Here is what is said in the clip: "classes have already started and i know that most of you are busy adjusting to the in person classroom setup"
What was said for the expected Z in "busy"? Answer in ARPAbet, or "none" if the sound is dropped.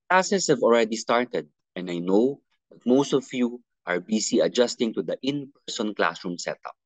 S